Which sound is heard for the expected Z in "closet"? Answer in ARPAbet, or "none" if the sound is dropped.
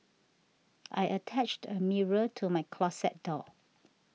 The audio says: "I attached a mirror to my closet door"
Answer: S